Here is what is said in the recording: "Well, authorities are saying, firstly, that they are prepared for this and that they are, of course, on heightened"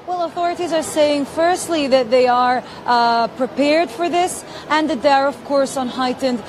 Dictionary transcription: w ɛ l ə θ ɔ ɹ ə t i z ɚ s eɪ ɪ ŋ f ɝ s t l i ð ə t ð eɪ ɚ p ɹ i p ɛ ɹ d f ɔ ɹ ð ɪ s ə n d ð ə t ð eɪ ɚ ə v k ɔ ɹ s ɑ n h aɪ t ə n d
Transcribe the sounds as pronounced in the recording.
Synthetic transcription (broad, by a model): w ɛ l ə θ ɔ ɹ ə t i z ɚ s eɪ ɪ ŋ f ɝ s t l i ð ə t ð eɪ ɚ p ɹ i p ɛ ɹ d f ɔ ɹ ð ɪ s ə n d ð ə t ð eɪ ɚ ə v k ɔ ɹ s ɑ n h aɪ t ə n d